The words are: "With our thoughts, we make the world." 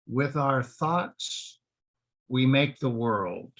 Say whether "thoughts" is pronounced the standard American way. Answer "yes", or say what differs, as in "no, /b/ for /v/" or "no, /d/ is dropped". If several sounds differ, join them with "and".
yes